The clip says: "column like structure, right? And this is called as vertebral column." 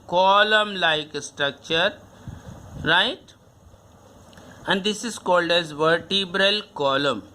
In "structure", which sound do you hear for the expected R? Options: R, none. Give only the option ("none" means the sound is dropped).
R